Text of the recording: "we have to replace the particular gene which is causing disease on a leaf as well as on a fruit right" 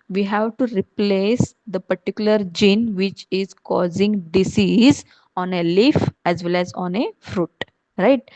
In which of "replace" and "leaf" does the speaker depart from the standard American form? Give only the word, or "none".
none